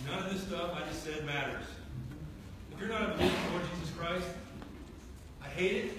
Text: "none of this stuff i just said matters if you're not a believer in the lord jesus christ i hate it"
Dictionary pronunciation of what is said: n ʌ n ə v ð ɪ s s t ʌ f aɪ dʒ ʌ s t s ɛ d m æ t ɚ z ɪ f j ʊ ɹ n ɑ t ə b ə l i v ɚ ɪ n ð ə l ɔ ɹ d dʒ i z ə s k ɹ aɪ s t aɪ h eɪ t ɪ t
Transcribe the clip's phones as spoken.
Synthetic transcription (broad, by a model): n ʌ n ə v ð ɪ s s t ʌ f aɪ dʒ ʌ s t s ɛ d m æ t ɚ z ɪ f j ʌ ɹ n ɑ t ə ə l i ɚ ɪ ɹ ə l ɔ ɹ d dʒ i z ə s k ɹ aɪ s t aɪ h eɪ t ɪ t